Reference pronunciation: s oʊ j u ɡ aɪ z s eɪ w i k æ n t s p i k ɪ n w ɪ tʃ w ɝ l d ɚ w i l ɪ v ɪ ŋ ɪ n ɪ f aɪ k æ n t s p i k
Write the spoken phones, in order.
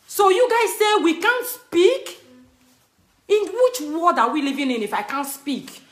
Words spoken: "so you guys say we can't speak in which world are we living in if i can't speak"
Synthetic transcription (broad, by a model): s oʊ j u ɡ aɪ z s eɪ w i k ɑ n t s p i k ɪ n w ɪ tʃ w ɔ d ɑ w i l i v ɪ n ɪ n ɪ f aɪ k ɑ n t s p i k